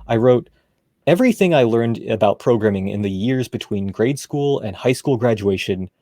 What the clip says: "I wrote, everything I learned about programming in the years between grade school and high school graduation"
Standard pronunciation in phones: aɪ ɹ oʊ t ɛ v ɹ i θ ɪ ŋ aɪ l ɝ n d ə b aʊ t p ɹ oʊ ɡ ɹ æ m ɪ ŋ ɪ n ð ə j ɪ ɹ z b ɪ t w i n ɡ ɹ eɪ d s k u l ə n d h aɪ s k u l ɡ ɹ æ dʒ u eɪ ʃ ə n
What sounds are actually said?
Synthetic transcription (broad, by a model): aɪ ɹ oʊ t ɛ v ɹ i θ ɪ ŋ aɪ l ɝ n d ə b aʊ t p ɹ oʊ ɡ ɹ æ m ɪ ŋ ɪ n ð ə j ɪ ɹ z b ɪ t w i n ɡ ɹ eɪ d s k u l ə n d h aɪ s k u l ɡ ɹ æ dʒ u eɪ ʃ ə n